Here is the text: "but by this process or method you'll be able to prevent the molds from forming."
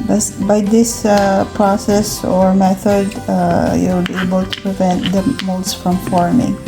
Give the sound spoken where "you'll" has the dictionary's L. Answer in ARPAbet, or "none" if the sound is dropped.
W